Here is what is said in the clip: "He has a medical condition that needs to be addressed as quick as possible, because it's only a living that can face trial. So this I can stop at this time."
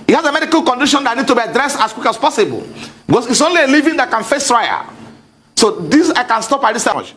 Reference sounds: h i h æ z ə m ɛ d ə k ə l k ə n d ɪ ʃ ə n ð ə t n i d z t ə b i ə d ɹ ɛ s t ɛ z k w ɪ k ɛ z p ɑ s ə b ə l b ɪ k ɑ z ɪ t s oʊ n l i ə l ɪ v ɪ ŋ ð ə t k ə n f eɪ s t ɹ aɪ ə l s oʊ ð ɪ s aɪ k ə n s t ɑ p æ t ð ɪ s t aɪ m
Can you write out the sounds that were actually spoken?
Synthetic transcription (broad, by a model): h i h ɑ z ə m ɛ d ə k ə l k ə n d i ʃ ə n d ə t n i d t ə b i ə d ɹ ɛ s t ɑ s k w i k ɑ s p ɑ s ə b ə l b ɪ k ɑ s ɪ t s oʊ n l i ə l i v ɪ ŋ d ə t k ə n f eɪ s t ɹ aɪ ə s oʊ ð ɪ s aɪ k ə n s t ɑ p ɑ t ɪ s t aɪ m